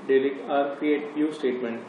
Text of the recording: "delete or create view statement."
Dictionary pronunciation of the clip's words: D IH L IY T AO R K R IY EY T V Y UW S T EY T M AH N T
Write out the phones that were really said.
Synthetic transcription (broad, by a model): D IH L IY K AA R K R IY EY T P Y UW S T EY T M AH N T